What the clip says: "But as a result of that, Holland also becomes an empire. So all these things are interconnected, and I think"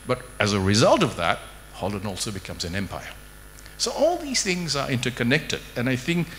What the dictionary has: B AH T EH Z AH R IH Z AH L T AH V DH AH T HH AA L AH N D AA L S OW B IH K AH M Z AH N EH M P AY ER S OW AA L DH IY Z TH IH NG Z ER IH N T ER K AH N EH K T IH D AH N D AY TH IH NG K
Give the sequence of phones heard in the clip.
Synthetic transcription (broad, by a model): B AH T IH Z AH R IH Z AH L T AH V DH AH T HH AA L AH N AA L S OW B IH K AH M Z AH N EH M P AY ER S OW AA L DH IY Z TH IH NG Z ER IH N T ER K AH N EH K T IH D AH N AY TH IH NG K